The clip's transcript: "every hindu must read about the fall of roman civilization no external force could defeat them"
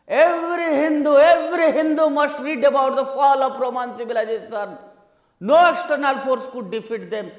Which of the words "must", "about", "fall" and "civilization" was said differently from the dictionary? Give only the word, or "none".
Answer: civilization